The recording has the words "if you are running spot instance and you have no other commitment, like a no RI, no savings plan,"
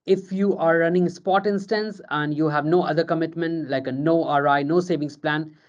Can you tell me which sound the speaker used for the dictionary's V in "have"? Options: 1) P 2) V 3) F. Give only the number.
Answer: 2